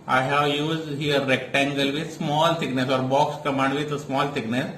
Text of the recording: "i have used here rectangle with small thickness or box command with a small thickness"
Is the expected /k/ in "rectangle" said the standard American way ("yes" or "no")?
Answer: yes